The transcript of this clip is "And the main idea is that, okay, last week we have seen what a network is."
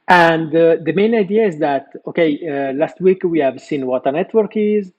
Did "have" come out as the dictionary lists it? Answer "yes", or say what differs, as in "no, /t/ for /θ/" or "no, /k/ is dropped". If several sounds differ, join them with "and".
yes